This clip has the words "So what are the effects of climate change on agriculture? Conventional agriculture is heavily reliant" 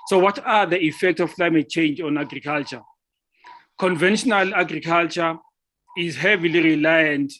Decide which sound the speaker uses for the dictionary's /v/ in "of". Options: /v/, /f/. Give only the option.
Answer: /f/